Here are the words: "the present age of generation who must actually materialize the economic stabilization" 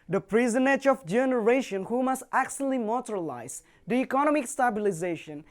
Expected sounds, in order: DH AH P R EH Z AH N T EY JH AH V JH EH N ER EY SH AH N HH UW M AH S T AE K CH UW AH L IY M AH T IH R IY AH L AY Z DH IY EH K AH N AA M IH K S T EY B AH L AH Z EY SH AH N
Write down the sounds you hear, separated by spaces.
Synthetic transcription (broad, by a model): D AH P R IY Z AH N EY JH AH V JH EH N ER EY SH AH N HH UW M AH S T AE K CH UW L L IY M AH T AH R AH L AY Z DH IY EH K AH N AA M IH K S T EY B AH L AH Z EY SH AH N